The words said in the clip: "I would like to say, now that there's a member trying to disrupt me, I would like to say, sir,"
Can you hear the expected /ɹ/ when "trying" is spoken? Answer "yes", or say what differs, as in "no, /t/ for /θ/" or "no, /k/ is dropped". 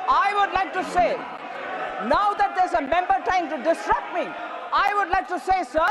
no, /ɹ/ is dropped